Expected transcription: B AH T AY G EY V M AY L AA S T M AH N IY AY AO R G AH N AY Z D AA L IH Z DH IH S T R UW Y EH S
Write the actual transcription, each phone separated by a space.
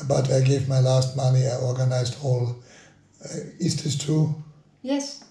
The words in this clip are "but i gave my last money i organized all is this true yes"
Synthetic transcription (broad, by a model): B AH T AY G EY V M AY L AA S T M AH N IY AY AO R G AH N AY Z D AA L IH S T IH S T UW Y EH S